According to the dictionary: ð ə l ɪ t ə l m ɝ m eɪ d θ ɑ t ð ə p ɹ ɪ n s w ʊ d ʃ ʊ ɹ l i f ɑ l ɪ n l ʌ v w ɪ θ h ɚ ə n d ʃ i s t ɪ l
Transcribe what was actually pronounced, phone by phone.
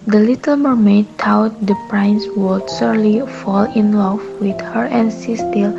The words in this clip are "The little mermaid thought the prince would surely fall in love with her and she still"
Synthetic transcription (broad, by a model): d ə l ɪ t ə l m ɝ m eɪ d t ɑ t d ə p ɹ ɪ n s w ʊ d s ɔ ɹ l i f ɑ l ɪ n l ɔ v w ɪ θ h ɚ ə n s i s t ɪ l